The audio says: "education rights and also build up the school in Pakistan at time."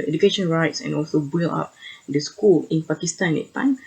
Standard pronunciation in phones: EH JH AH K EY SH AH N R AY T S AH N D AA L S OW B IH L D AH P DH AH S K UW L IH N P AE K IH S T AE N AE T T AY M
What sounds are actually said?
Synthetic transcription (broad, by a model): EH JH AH K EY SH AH N R AY T S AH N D AA L S OW B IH L AA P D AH S K UW L IH N P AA K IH S T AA N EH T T AY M